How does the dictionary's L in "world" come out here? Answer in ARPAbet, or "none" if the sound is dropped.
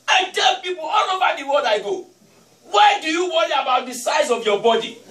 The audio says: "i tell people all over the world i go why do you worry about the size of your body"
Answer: none